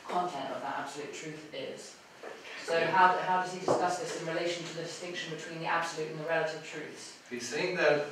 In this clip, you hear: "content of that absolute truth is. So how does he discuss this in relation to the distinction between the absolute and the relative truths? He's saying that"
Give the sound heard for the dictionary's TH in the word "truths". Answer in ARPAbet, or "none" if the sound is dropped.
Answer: TH